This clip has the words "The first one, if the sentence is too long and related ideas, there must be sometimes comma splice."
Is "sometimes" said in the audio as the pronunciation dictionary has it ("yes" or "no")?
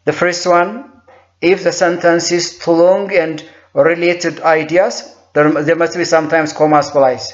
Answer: no